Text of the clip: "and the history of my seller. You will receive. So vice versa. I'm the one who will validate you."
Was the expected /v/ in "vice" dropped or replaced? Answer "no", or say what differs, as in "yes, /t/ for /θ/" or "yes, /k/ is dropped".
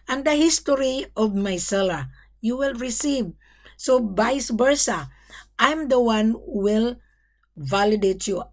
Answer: yes, /b/ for /v/